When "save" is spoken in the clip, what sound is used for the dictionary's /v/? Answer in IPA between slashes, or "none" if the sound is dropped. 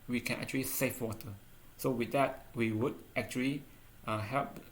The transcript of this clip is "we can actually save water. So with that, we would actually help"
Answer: /f/